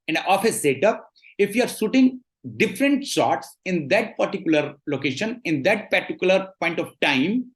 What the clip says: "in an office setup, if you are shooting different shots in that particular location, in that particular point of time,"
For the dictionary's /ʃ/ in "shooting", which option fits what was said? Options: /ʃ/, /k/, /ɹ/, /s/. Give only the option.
/s/